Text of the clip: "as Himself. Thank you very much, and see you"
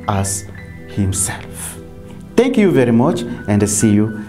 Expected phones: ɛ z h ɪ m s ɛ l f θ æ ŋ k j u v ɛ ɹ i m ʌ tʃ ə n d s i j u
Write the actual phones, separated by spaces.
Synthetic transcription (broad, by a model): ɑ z h ɪ m s ɛ l f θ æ ŋ k j u v ɛ ɹ i m ʌ tʃ ə n d s i j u